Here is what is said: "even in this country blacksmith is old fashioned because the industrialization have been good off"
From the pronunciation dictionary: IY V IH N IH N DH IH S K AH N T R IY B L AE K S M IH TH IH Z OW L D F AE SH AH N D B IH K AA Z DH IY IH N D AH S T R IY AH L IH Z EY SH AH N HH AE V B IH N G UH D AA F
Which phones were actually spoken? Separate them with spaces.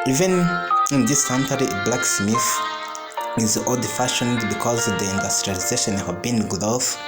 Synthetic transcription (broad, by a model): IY V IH N IH N DH IH S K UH N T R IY B L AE K S M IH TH IH Z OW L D F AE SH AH N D B IH K AA Z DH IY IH N D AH S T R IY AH L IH Z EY SH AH N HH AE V B IH N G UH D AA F